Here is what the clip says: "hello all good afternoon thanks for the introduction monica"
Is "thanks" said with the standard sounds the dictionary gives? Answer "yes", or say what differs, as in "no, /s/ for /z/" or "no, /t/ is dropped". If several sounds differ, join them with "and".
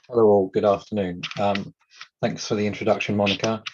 yes